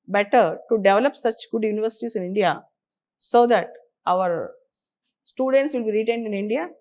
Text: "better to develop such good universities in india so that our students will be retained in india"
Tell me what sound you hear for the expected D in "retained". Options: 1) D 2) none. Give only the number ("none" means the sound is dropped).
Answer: 1